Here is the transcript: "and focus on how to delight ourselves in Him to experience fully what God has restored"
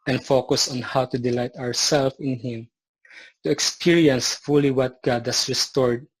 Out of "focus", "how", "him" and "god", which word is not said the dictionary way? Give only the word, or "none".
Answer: none